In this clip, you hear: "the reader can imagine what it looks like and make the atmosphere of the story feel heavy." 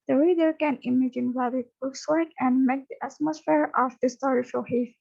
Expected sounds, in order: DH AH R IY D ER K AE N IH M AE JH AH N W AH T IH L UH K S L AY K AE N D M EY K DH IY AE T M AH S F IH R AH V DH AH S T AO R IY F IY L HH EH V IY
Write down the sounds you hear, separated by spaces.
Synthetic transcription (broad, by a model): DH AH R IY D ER K AE N IH M AE JH AH N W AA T IH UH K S W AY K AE N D M EY K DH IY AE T M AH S F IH R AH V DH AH S T AO R IY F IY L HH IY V